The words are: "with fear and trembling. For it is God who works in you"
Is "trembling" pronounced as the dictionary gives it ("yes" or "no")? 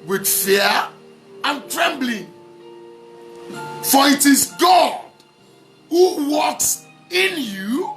yes